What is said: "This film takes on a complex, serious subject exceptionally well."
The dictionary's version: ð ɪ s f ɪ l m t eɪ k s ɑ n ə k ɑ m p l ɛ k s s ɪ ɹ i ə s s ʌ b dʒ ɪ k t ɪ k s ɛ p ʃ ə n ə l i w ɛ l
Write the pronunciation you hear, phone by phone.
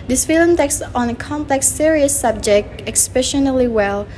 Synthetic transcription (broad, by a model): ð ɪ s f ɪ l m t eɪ k s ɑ n ə k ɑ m p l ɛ k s s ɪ ɹ i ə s s ʌ b dʒ ɪ k t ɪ k s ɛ ʃ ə n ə l i w ɛ l